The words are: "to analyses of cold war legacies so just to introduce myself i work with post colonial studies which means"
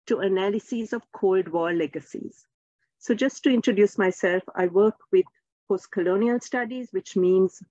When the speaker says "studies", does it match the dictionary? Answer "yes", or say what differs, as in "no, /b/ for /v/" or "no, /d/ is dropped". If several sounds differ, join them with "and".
yes